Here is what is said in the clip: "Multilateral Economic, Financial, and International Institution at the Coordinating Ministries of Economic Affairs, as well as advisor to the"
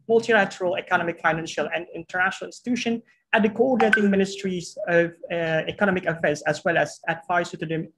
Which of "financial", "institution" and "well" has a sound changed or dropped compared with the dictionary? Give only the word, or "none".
none